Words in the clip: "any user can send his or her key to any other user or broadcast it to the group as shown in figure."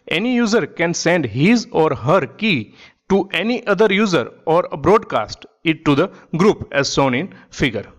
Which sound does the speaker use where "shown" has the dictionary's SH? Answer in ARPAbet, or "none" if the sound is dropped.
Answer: S